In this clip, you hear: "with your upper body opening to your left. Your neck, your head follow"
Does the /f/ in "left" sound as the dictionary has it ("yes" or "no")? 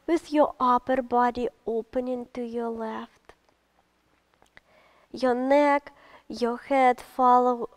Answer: yes